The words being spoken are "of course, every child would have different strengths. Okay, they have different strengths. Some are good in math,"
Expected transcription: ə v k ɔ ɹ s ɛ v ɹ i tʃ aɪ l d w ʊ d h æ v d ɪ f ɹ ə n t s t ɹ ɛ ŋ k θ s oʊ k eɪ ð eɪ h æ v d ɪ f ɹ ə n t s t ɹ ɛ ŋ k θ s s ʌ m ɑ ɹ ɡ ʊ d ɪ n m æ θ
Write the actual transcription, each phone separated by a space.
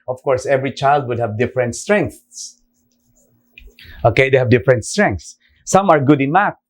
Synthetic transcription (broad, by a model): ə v k ɔ ɹ s ɛ v ɹ i tʃ aɪ l d w ʊ d h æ v d ɪ f ɹ ə n t s t ɹ ɛ ŋ k θ s oʊ k eɪ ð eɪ h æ v d ɪ f ɹ ə n t s t ɹ ɛ ŋ k θ s s ʌ m ɑ ɹ ɡ ʊ d ɪ n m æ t